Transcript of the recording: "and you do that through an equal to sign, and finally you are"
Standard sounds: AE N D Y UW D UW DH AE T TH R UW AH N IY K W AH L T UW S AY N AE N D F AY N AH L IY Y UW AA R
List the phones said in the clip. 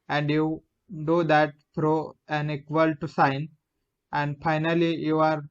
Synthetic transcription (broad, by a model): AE N D Y UW D UW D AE T F R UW AH N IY K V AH L T UW S AY N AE N D F AY N AH L IY Y UW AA R